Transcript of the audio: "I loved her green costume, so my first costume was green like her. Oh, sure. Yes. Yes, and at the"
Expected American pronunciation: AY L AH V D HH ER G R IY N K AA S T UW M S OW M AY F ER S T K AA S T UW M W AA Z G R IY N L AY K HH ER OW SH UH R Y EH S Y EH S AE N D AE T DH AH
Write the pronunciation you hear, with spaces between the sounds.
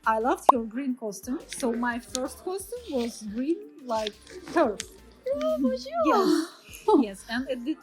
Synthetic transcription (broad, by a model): AY L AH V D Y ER G R IY N K AA S T UW M S OW M AY F ER S T K AA S T UW M W AA Z G R IY N L AY K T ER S Y EH S Y EH S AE N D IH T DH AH